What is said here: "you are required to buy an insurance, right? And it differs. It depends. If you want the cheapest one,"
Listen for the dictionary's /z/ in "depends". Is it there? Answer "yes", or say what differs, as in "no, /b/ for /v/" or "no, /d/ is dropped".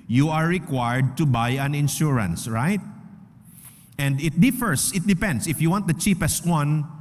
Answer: no, /s/ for /z/